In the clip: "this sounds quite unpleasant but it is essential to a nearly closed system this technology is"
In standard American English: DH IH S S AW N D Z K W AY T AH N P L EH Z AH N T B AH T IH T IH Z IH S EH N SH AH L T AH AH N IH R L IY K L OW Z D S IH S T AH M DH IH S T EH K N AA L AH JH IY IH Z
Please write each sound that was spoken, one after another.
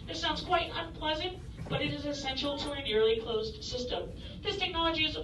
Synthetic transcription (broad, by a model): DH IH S S AW N D Z K W AY T AH N P L EH Z AH N T B AH T IH T IH Z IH S EH N SH L T AH AH N IH R L IY K L OW Z D S IH S T AH M DH IH S T EH K N AA L AH JH IY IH Z